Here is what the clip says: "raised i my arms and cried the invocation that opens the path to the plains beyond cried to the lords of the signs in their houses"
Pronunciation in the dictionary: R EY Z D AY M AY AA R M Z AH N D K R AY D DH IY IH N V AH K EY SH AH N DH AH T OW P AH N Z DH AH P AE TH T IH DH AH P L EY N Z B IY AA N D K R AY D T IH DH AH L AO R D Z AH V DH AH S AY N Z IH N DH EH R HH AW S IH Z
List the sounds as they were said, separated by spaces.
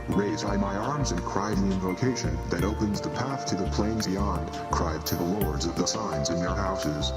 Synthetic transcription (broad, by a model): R EY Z AY M AY AA R M Z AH N K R AY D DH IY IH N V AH K EY SH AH N DH AH T OW P AH N Z DH AH P AE TH T IH DH AH P L EY N Z B IY AA N D K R AY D T IH DH AH L AO R D Z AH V DH AH S AY N Z IH N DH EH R HH AW S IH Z